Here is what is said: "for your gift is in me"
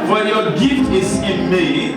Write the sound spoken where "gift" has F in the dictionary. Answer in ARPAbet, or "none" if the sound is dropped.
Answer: F